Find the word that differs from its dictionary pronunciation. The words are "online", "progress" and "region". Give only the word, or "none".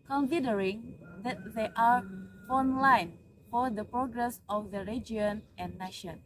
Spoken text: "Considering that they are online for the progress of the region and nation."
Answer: region